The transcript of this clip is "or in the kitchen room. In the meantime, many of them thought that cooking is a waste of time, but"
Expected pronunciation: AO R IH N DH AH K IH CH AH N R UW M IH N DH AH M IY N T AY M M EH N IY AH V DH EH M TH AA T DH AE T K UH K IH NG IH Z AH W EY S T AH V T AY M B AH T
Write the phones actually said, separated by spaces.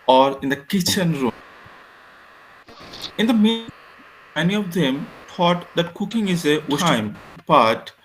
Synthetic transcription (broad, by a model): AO R IH N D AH K IH CH AH N R UW M IH N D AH M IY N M M EH N IY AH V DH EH M T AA T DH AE T K UH K IH NG IH Z AH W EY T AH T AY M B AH T